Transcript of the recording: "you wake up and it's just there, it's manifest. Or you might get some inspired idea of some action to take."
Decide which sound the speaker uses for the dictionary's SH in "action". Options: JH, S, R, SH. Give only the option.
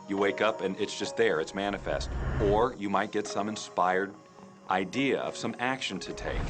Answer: SH